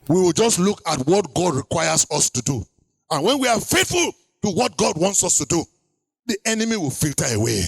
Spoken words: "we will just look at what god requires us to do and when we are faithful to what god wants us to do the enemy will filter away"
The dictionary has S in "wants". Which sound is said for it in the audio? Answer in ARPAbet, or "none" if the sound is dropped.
S